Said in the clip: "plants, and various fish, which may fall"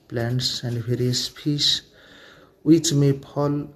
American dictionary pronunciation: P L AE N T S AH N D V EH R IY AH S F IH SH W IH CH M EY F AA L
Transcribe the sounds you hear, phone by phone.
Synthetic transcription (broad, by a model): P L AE N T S AH N D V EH R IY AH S P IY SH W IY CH M EY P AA L